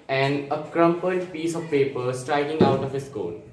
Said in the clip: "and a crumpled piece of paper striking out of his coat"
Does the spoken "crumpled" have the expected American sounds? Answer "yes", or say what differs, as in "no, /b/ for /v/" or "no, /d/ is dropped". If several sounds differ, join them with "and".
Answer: no, /l/ is dropped